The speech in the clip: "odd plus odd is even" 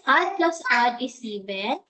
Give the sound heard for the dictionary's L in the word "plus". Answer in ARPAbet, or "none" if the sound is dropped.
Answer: L